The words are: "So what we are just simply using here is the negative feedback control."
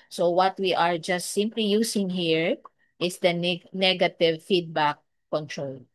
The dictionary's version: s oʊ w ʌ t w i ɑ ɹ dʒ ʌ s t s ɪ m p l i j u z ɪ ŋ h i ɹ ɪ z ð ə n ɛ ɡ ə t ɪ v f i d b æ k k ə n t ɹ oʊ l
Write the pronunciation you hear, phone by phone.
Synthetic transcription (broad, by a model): s oʊ w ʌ t w i ɑ ɹ dʒ ʌ s t s ɪ m p l i j u s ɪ ŋ h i ɹ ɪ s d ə n ɛ ɡ ə t ɪ v f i d b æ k k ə n t ɹ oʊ l